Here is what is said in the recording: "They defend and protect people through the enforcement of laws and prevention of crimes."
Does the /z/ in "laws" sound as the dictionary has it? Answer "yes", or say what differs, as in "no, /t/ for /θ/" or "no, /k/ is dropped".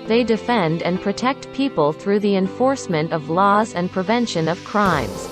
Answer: yes